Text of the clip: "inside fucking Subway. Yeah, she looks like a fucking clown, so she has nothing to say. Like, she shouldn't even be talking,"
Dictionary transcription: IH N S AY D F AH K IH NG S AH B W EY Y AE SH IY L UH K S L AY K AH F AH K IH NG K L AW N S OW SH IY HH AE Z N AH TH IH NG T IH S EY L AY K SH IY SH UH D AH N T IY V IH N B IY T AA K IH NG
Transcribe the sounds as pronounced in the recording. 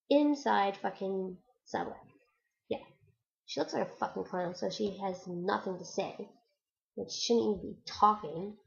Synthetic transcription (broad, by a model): IH N S AY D F AH K IH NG S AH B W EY Y AE SH IY L UH K S L AY K AH F AH K IH NG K AW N S OW SH IY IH Z N AH TH IH NG T IH S EY W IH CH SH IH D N IY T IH B IY T AA K IH NG